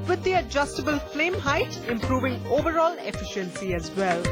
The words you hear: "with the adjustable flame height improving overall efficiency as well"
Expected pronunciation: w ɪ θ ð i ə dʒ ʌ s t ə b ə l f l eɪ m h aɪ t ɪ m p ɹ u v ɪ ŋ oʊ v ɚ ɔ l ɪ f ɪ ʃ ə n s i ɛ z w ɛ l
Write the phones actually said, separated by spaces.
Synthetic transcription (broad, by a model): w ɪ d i ə dʒ ʌ s t ə b ə l f l eɪ m h aɪ t ɪ m p ɹ u v ɪ ŋ oʊ v ɚ ɔ l ɪ f ɪ ʃ ə n s i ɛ z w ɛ l